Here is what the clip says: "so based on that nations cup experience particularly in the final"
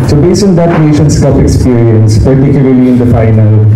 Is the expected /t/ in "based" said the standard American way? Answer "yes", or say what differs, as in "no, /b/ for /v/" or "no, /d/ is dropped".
no, /t/ is dropped